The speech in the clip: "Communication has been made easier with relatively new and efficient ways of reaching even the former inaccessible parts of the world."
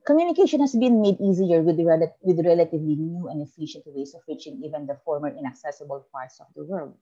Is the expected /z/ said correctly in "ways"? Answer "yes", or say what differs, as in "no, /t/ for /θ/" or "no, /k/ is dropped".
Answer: no, /s/ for /z/